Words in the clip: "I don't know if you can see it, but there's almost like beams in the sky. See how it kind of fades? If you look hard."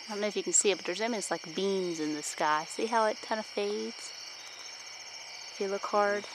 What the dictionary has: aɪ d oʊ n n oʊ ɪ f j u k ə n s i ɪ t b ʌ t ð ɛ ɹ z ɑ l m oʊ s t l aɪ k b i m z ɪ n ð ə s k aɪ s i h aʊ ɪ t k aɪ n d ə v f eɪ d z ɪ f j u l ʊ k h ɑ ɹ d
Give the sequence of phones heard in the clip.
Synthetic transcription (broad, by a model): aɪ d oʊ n n oʊ ɪ f j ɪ k n s i ɪ t b ʌ t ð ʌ ɹ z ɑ m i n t l aɪ k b i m z ɪ n ð ə s k aɪ s i h aʊ ɪ t k aɪ n d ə f eɪ d z ɪ f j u l ʊ k h ɑ ɹ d